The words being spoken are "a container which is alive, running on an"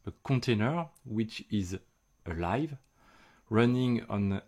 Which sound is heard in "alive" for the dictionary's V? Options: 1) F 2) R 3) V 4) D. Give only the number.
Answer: 3